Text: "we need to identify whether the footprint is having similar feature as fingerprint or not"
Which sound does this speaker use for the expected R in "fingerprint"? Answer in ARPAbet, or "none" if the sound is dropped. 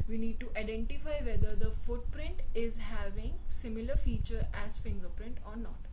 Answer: R